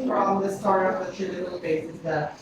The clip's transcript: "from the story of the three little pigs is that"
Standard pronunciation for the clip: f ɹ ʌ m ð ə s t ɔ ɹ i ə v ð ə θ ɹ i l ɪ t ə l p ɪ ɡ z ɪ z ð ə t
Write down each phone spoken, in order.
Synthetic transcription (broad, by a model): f ɹ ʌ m ð ə s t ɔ ɹ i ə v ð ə t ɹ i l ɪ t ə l b ɪ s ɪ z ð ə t